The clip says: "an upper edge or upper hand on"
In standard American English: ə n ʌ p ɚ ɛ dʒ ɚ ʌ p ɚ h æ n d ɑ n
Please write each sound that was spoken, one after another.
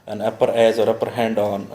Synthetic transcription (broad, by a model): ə n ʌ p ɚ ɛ z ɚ ʌ p ɚ h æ n d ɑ n